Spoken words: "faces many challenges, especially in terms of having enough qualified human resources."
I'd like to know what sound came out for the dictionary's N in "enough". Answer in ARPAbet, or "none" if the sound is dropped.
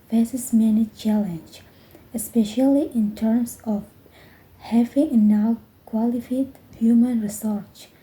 none